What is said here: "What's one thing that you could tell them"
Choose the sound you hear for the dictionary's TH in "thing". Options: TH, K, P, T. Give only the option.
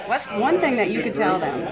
TH